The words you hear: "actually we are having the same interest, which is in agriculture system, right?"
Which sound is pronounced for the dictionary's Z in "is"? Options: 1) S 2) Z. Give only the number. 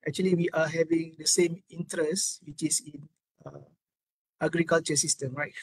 1